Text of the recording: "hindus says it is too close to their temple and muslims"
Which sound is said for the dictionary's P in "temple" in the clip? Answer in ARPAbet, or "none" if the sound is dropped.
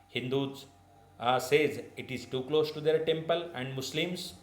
P